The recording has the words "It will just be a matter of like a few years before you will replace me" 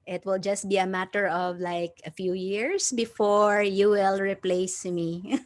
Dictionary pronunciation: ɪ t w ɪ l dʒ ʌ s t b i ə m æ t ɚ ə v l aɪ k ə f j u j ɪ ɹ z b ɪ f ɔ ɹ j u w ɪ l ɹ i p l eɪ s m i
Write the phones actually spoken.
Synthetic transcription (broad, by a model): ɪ t w ɪ l dʒ ʌ s t b i ə m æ t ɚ ə v l aɪ k ə f j u j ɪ ɹ s b ɪ f ɔ ɹ j u w ɪ l ɹ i p l eɪ s m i